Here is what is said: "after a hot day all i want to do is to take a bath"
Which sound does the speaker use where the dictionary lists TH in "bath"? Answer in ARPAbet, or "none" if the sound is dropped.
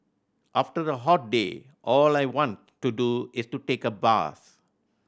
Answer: S